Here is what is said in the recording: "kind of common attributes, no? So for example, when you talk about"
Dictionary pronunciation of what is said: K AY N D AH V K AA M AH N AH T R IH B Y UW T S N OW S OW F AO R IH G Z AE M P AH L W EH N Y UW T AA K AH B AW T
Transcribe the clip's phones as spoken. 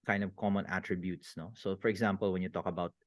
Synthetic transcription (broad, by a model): K AY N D AH V K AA M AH N AH T R IH B Y UW T S N OW S OW F AO R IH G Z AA M P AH L W EH N Y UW T AA K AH B AW T